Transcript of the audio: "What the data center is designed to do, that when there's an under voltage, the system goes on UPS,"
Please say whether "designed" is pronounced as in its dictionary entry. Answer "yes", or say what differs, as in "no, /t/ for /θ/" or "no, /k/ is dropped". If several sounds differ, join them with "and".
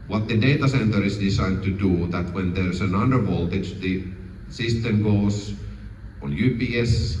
no, /s/ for /z/